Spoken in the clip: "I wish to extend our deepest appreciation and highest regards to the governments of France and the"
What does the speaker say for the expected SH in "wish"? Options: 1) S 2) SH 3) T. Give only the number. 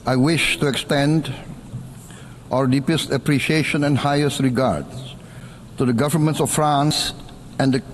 2